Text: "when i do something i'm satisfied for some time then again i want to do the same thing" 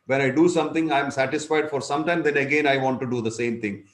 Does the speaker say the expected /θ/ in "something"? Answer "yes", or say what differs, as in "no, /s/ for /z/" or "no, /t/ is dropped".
no, /t/ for /θ/